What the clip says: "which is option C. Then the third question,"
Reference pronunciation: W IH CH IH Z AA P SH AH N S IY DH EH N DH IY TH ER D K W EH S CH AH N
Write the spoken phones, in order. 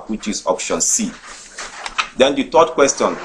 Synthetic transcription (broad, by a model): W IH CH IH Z AA P SH AH N S IY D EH N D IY T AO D K W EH S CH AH N